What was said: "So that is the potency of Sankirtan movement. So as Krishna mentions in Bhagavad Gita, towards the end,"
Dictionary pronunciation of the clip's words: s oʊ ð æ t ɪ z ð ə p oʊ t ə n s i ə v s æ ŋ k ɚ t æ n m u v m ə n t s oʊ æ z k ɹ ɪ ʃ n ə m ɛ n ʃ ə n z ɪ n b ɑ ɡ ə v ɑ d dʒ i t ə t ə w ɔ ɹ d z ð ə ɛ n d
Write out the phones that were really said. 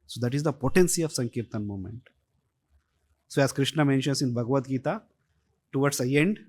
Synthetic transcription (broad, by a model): s oʊ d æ t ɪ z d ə p oʊ t ə n s i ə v s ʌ ŋ k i t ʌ n m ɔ m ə n t s oʊ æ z k ɹ ɪ ʃ n ə m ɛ n ʃ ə n s ɪ n b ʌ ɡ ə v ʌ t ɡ i t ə t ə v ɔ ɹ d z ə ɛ n d